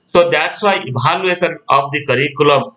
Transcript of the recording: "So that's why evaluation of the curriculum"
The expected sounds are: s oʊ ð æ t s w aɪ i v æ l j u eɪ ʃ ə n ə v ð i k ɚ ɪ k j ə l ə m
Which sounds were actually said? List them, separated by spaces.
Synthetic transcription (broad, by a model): s oʊ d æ t s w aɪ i b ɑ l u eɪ s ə n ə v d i k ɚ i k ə l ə m